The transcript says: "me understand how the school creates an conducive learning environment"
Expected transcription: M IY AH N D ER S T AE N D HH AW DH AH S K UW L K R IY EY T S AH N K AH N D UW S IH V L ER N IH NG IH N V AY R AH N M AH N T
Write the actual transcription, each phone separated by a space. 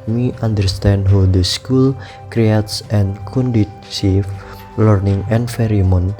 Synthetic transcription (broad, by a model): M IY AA N D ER S T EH N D HH AW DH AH S K UW L K R IY EY T S AH N K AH N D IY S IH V L ER N IH NG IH N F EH R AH M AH N